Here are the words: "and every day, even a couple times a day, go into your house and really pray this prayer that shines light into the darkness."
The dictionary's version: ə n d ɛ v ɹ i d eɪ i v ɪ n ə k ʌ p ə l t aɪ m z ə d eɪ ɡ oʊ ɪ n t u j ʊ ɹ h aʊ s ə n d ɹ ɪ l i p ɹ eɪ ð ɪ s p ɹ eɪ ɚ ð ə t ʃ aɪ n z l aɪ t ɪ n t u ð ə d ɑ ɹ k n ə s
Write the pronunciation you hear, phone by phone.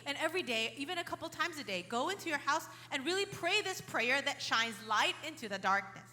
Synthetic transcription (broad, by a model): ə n ɛ v ɹ i d eɪ i v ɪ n ə k ʌ p l t aɪ m z ə d eɪ ɡ oʊ ɪ n t u j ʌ ɹ h aʊ s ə n ɹ ɪ l i p ɹ eɪ ð ɪ s p ɹ eɪ ɚ ð ə t ʃ aɪ n z l aɪ t ɪ n t u ð ə d ɑ ɹ k n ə s